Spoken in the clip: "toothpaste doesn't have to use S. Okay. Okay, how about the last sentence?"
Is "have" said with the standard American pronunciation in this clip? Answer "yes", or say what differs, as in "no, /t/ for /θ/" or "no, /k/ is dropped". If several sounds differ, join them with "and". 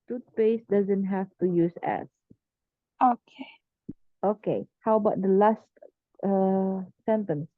no, /f/ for /v/